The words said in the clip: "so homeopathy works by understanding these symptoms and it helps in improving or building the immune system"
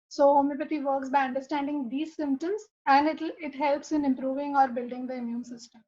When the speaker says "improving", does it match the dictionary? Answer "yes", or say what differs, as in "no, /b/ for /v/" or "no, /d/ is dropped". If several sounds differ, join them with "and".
yes